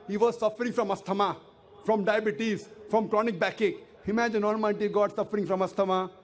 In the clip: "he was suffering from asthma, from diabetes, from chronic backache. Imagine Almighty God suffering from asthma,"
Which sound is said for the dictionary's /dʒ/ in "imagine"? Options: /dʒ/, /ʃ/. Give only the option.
/dʒ/